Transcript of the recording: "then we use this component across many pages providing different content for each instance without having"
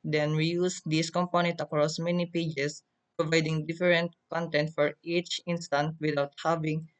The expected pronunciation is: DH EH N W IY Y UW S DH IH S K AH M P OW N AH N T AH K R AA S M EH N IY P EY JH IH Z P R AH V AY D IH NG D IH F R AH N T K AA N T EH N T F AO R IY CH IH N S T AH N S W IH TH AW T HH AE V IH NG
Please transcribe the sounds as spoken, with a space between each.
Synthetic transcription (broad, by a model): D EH N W IY Y UW S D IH S K AH M P OW N AH N T AH K R AA S M EH N IY P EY JH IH S P R AH V AY D IH NG D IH F R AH N T K AA N T EH N T F AO R IY CH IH N S T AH N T W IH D AW T HH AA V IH NG